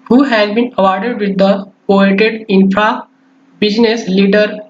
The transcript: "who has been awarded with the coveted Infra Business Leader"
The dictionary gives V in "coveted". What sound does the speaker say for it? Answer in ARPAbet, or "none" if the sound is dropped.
none